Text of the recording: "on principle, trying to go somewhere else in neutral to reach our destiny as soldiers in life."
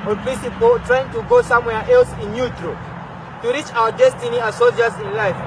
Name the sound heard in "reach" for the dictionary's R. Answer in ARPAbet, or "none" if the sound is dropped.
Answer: R